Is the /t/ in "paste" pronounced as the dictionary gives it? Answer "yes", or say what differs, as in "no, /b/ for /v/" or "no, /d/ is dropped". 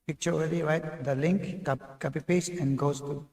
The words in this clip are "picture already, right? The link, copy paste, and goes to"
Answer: no, /t/ is dropped